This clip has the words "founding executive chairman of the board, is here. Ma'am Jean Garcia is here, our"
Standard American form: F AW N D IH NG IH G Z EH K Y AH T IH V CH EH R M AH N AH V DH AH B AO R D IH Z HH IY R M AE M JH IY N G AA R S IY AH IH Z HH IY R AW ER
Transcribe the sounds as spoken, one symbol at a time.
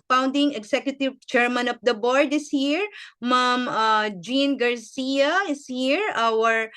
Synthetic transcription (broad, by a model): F AW N D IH NG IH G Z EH K Y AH T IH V CH EH R M AH N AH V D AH B AO R D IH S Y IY R M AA M JH IY N G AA R S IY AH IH S HH IY R AW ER